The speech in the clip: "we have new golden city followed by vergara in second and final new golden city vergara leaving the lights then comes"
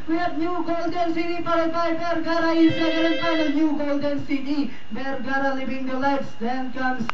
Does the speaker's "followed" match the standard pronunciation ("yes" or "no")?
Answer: no